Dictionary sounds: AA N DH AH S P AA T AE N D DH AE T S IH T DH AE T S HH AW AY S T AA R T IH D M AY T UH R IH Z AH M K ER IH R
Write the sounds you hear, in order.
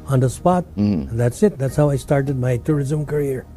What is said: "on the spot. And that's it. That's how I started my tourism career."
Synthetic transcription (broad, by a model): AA N DH AH S P AA T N DH AE T S IH T DH AE T S HH AW AY S T AA R T IH D M AY T UH R IH Z AH M K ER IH R